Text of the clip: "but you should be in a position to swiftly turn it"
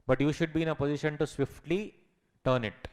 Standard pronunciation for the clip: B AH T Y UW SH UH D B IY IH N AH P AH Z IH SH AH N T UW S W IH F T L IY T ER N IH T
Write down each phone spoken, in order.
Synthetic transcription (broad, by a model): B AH T Y UW SH UH D B IY IH N AH P AH Z IH SH AH N T UW S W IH F T L IY T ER N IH T